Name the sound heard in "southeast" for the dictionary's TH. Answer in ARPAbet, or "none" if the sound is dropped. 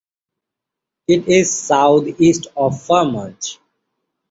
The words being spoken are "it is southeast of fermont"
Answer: T